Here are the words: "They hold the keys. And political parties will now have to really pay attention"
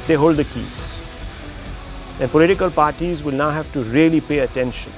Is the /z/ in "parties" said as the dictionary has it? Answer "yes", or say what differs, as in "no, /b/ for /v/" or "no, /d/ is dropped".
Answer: yes